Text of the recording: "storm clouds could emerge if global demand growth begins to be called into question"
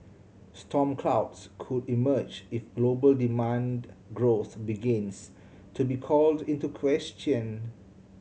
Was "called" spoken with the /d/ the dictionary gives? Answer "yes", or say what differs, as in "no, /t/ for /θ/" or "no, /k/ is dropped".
yes